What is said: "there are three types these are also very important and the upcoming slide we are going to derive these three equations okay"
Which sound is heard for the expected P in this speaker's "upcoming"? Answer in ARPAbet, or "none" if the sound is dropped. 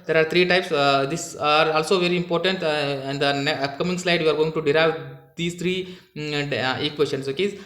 none